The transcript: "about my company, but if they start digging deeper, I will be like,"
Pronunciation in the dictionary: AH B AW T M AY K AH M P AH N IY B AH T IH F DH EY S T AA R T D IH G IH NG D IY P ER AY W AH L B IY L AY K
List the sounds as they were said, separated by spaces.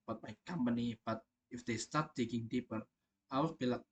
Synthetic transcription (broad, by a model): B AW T M AY K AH M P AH N IY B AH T IH F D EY S T AA R T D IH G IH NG D IY P ER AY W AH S B IY L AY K